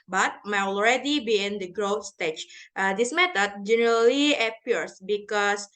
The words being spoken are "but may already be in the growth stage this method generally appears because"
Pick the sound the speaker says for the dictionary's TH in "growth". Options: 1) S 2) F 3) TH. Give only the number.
2